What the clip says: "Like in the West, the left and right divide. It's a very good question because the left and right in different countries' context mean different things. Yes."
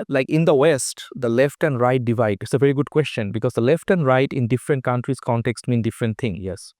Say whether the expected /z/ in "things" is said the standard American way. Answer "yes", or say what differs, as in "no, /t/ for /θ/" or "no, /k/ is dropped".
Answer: no, /z/ is dropped